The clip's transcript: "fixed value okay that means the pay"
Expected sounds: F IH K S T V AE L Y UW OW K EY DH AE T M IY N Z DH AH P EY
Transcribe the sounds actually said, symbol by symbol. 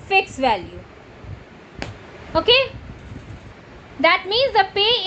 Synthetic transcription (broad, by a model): F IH K S V AE L Y UW OW K EY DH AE T M IY N Z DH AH P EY